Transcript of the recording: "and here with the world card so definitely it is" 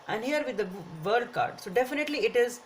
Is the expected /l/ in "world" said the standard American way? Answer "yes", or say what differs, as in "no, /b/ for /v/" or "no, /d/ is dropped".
no, /l/ is dropped